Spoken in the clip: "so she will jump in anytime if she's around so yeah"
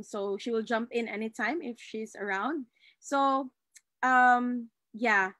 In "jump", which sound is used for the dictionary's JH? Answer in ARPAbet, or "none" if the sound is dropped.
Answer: JH